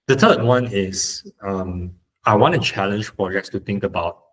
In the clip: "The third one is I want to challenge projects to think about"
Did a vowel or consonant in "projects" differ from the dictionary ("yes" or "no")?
no